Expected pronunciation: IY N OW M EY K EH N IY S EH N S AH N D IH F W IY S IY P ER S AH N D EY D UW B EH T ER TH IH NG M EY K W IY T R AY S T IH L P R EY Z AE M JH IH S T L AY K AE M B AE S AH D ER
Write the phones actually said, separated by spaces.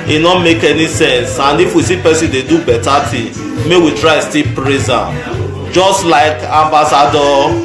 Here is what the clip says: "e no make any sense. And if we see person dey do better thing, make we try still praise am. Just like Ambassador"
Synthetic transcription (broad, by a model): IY N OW M EY K EH N IY S EH N S AH N D IH F W IY S IY P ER S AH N D EY D UW B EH T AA T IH M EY W IY T R AY S T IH P R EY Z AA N JH IH S T L AY K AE M B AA S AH D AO